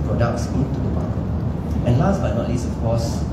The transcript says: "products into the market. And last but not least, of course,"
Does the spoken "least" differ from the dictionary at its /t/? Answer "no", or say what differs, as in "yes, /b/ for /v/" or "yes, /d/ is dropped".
yes, /t/ is dropped